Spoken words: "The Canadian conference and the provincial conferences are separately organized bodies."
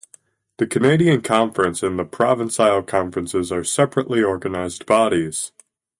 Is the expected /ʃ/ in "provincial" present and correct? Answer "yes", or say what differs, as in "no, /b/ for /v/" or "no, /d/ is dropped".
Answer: no, /s/ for /ʃ/